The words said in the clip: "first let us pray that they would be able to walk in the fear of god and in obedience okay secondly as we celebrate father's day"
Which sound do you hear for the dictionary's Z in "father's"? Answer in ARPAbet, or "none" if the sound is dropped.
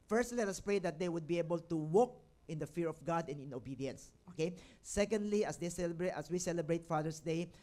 S